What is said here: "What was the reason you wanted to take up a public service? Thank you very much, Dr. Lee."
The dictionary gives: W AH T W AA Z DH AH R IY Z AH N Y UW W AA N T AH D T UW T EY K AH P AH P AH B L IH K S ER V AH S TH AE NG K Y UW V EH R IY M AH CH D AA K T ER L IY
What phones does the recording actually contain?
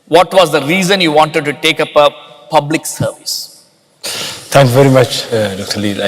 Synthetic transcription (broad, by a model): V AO T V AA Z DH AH R IY Z AH N Y UW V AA N T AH D T UW T EY K AH P AH P AH B L IH K S ER V AH S T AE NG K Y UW V EH R IY M AH CH D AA K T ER L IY